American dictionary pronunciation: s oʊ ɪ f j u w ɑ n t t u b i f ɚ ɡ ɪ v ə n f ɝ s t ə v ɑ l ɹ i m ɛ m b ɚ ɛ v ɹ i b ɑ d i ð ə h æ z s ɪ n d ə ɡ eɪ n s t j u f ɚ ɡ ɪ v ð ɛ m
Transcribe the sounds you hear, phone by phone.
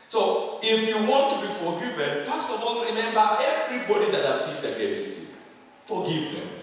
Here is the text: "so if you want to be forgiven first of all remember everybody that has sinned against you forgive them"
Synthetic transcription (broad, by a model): s oʊ ɪ f j u w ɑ n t t u b i f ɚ ɡ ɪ v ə n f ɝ s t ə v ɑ n ɹ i m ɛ m b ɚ ɛ v ɹ i b ɑ d i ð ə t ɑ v s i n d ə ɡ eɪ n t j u f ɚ ɡ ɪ v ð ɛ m